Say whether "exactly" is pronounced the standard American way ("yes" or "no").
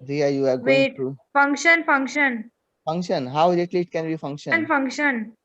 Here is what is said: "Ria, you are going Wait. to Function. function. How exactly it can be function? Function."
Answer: no